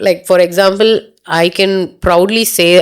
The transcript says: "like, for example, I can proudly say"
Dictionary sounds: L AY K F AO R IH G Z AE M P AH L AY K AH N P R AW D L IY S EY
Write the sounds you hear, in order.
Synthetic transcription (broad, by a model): L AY K F AO R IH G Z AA M P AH L AY K AH N P R AW D L IY S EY